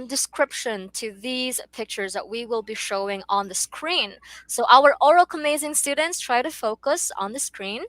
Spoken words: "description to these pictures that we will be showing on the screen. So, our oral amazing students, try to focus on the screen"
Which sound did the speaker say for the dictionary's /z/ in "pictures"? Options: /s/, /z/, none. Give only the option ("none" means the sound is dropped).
/z/